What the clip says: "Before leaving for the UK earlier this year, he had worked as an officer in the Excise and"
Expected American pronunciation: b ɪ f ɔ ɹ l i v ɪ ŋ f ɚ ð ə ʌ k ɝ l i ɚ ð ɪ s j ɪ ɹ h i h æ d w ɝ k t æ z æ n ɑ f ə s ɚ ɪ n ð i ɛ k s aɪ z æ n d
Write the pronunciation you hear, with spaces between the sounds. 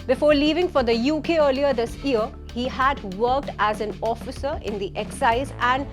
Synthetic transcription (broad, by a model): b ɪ f ɔ ɹ l i v ɪ ŋ f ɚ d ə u k ɝ l i ɚ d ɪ s j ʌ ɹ h i h æ d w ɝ k t æ z æ n ɑ f ə s ɚ ɪ n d i ɛ k s aɪ z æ n d